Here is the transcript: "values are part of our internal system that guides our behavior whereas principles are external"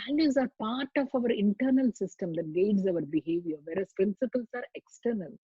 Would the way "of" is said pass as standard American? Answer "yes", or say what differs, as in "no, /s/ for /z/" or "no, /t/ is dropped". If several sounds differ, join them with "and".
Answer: yes